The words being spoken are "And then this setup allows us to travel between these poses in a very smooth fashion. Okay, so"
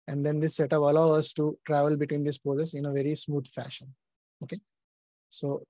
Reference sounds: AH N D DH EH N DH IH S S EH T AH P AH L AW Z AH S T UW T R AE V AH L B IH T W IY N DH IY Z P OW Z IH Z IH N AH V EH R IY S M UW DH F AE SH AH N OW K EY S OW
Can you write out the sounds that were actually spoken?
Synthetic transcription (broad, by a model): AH N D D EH N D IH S S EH T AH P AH L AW AH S T UW T R AE V AH L B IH T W IY N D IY S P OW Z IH S IH N AH V EH R IY S M UW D F AE SH AH N OW K EY S OW